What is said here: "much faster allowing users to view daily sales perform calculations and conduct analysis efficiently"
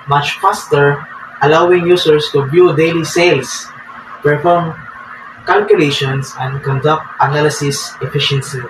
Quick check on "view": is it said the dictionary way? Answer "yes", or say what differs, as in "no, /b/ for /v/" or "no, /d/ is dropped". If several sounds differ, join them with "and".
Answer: no, /b/ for /v/